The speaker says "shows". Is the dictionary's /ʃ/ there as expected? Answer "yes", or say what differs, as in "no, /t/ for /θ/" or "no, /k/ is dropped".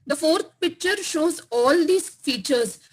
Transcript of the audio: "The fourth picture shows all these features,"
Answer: yes